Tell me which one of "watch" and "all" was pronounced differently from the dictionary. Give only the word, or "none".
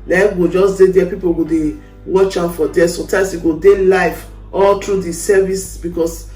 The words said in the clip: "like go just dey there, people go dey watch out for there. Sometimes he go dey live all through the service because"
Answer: none